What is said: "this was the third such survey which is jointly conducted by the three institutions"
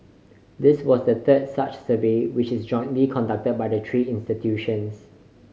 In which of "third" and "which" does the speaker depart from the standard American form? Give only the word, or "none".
third